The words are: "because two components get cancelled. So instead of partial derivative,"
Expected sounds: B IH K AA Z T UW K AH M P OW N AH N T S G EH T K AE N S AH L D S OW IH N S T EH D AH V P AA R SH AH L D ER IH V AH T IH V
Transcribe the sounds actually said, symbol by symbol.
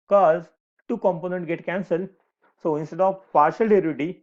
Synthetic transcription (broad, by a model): K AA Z T UW K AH M P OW N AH N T G EH T K AE N S AH L D S OW IH N S T EH D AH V P AA R SH AH L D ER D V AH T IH